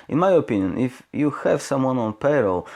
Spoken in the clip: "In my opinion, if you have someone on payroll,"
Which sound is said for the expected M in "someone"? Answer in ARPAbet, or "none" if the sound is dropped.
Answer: M